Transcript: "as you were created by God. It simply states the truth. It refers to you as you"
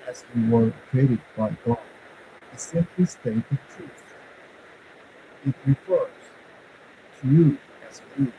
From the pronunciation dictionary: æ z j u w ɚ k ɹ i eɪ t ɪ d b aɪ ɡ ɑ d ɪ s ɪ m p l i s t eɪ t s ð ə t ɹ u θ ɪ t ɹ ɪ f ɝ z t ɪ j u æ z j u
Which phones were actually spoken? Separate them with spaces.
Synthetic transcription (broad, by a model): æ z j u w ɚ k ɹ i eɪ t ɪ d b aɪ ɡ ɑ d ɪ s ɪ m p l i s t eɪ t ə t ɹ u s ɪ t ɹ ɪ f ɝ z t ɪ j u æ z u